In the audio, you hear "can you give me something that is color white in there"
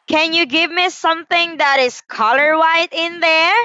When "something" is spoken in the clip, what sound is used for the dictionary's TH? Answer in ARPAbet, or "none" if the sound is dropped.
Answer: TH